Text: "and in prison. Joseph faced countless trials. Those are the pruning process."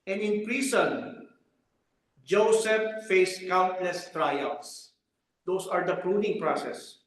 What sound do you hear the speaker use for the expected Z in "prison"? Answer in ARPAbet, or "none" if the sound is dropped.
S